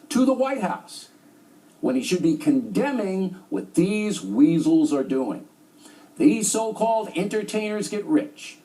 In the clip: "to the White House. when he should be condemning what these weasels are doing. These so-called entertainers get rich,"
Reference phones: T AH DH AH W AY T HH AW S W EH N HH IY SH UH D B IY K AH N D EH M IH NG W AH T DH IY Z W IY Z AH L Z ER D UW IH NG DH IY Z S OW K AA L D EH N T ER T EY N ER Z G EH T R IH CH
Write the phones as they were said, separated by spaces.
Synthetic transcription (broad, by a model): T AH DH AH W AY T HH AW S W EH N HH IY SH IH D B IY K AH N D EH M IH NG W AH T DH IY Z W IY Z L Z ER D UW IH NG DH IY Z S OW K AA L D EH N T ER T EY N ER Z G EH T R IH CH